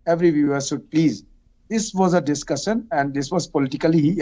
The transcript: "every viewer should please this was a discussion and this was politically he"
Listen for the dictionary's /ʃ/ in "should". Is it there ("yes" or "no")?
no